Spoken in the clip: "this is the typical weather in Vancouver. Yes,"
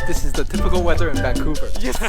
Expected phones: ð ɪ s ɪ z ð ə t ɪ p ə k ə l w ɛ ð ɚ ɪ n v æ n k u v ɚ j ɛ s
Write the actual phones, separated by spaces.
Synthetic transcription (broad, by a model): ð ɪ s ɪ z ð ə t ɪ p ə k l w ɛ ð ɚ ɪ n b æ k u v ɚ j